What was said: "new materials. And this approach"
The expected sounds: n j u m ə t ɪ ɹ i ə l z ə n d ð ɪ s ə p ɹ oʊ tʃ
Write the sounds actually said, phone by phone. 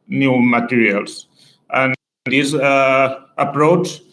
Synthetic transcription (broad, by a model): n j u m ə t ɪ ɹ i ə l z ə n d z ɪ ə p ɹ oʊ tʃ